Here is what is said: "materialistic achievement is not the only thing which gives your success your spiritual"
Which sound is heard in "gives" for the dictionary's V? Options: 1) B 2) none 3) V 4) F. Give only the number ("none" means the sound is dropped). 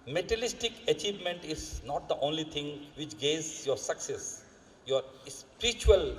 2